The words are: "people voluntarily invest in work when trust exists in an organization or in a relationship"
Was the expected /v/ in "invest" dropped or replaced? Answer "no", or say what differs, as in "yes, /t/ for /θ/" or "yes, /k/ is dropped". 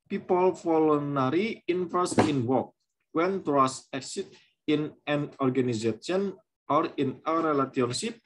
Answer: yes, /f/ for /v/